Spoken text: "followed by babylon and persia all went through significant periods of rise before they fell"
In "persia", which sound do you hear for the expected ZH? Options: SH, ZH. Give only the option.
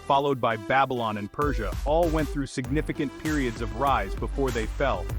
ZH